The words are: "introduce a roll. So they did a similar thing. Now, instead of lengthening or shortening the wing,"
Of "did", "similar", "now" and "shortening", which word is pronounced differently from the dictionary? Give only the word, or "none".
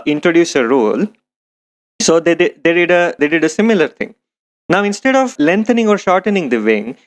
none